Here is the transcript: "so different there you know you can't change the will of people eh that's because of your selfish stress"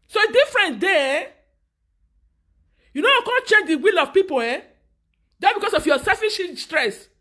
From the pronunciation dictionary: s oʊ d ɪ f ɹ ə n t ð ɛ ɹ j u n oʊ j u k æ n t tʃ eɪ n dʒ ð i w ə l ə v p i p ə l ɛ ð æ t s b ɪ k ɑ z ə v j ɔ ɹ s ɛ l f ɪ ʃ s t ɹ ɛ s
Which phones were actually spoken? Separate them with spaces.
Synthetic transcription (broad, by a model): s oʊ d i f ɹ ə n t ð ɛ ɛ j u n oʊ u k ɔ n tʃ eɪ n dʒ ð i w ə l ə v p i p ə l ɛ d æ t b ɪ k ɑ s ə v j ɔ s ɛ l f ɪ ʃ s t ɹ ɛ s